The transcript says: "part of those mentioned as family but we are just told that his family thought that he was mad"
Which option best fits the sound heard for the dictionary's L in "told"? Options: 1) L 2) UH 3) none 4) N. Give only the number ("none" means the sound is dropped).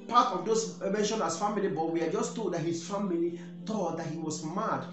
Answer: 3